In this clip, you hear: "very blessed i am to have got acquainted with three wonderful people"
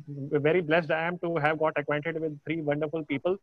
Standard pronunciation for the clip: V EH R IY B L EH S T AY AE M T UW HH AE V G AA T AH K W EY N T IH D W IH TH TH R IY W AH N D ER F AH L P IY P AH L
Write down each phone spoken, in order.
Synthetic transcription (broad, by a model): V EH R IY B L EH S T AY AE M T UW HH AE V G AA T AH K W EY N T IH D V IH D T R IY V AH N D ER F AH L P IY P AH L